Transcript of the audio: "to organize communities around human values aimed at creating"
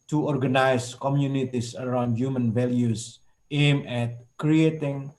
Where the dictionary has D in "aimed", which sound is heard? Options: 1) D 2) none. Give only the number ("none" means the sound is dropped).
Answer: 2